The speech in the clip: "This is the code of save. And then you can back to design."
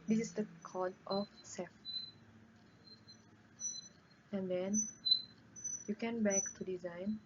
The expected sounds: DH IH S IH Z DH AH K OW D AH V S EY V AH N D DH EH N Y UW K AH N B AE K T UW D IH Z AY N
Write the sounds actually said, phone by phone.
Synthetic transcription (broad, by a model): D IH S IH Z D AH K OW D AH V S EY F AH N D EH N Y UW K AH N B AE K T UW D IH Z AY N